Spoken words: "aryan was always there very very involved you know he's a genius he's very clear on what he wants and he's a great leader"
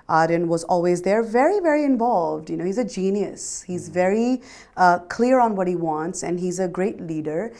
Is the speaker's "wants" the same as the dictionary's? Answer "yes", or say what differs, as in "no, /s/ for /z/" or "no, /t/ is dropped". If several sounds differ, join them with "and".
yes